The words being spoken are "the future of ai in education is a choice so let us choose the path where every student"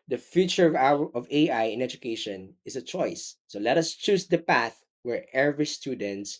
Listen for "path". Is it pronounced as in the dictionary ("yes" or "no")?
yes